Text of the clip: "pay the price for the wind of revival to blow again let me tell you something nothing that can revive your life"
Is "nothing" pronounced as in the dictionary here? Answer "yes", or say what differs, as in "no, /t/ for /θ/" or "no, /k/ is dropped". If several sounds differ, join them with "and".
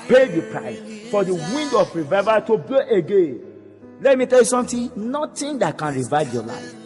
no, /t/ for /θ/